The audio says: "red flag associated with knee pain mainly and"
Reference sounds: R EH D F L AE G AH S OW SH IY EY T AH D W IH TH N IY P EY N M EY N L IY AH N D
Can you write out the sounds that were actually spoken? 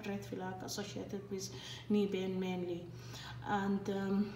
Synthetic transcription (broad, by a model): R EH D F L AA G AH S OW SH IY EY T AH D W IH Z N IY B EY N M EY N L IY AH N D